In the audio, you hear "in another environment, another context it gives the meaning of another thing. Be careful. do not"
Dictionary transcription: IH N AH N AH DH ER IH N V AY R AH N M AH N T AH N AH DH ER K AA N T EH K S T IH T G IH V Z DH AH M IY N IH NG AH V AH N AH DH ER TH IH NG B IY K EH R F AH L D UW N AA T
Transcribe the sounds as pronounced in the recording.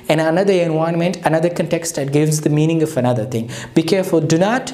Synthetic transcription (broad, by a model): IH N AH N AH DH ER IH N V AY AH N M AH N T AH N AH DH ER K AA N T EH K S T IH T G IH V Z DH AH M IY N IH NG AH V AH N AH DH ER T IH NG B IY K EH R F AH L D UW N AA T